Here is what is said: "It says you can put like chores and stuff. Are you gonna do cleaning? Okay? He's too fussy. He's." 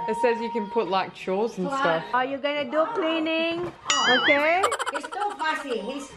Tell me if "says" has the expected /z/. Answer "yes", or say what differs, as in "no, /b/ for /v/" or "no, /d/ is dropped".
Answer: yes